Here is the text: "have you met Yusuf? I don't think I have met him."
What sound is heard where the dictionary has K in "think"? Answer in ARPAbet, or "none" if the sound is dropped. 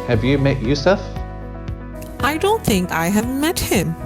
K